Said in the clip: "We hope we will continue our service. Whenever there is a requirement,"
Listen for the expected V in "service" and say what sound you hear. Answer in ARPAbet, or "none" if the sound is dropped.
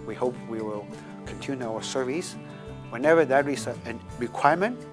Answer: V